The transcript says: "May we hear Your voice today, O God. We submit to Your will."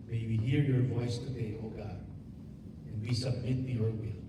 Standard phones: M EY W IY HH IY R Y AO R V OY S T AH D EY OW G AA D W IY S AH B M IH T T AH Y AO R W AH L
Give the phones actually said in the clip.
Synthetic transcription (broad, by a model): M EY W IY HH IY R Y AO R V OY S T AH D EY OW G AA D W IY S AH B M IH T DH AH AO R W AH